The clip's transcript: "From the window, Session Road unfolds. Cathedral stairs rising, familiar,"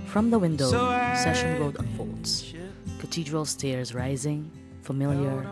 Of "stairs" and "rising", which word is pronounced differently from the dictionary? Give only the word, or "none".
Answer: none